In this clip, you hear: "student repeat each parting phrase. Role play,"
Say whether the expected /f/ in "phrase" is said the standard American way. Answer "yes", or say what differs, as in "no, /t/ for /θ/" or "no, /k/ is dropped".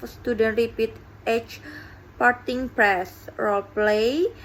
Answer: no, /p/ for /f/